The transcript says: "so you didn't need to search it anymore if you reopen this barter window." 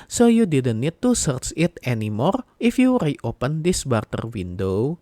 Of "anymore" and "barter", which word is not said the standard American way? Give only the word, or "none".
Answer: none